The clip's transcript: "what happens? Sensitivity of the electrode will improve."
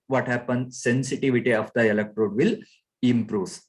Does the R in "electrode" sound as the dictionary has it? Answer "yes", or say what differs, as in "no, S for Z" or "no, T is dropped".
yes